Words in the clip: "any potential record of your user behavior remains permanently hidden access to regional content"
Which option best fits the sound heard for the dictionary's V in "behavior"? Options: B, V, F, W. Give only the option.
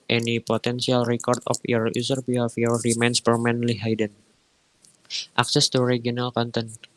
F